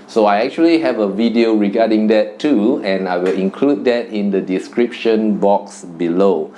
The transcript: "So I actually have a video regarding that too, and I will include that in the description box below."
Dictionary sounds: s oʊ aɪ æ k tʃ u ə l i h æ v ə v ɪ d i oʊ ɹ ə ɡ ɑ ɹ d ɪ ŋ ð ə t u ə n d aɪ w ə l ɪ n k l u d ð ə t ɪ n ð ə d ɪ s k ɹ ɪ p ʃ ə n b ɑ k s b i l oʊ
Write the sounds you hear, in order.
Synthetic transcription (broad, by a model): s oʊ aɪ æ k tʃ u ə l i h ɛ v ə v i d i oʊ ɹ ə ɡ ɑ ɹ d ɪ ŋ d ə t u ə n aɪ w ə l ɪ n k l u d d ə t ɪ n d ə d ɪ s k ɹ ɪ p ʃ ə n b ɑ k s b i l oʊ